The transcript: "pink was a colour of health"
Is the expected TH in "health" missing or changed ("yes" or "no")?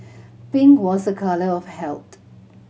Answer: yes